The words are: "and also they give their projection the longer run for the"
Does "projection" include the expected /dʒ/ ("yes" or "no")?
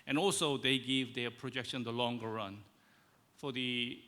yes